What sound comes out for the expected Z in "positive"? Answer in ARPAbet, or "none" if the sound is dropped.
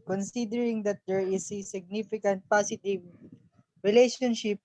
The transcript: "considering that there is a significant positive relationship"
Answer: S